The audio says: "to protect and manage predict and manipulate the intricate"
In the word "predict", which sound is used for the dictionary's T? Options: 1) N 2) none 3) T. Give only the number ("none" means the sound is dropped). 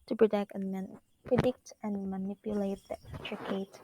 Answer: 3